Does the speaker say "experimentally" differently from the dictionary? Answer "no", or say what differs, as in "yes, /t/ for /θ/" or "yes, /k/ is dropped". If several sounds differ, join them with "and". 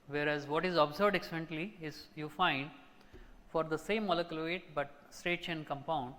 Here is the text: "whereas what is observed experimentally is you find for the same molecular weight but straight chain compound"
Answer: yes, /p/ is dropped